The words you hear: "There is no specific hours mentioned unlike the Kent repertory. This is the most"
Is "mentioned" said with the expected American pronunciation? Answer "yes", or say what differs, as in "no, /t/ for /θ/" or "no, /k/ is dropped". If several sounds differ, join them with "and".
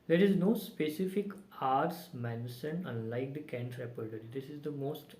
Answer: no, /s/ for /ʃ/ and /d/ is dropped